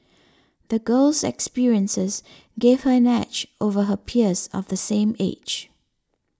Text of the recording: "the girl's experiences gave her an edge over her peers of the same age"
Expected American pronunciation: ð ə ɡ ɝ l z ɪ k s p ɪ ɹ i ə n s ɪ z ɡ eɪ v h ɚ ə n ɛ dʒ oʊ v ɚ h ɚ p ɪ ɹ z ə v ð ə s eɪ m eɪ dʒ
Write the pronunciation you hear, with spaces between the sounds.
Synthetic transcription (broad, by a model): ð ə ɡ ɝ l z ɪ k s p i ɹ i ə n s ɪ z ɡ eɪ v h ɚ ə n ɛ tʃ oʊ v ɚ h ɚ p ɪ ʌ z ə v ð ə s eɪ m eɪ dʒ